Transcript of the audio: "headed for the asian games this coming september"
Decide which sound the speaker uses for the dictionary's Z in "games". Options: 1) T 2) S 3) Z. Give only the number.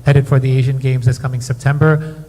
3